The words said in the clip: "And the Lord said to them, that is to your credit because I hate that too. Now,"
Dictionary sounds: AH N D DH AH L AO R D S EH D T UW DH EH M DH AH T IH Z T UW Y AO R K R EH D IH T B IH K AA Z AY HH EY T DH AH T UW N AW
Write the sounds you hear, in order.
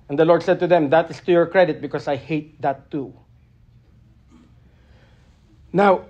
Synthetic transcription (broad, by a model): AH N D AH L AO R D S EH D T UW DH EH M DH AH T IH S T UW Y AO R K R EH D IH T B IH K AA S AY HH EY T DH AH T UW N AW